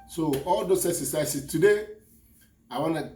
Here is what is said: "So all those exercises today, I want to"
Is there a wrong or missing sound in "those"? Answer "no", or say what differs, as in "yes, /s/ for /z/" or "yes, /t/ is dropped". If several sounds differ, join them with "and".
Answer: yes, /s/ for /z/